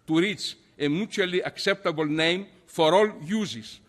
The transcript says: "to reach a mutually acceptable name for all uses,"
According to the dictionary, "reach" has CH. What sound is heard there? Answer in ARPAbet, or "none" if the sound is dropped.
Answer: S